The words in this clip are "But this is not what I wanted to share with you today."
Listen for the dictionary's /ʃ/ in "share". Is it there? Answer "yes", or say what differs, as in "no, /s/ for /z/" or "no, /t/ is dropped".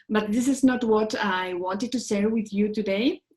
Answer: no, /s/ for /ʃ/